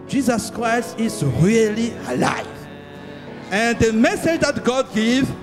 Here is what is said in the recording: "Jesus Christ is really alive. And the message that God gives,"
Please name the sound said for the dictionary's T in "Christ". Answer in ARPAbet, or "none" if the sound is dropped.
T